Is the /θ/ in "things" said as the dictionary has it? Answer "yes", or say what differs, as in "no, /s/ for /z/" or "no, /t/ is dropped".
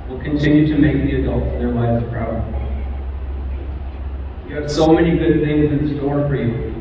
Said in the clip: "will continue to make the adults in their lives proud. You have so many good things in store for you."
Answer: yes